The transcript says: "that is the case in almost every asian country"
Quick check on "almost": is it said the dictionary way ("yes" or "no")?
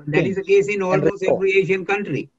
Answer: no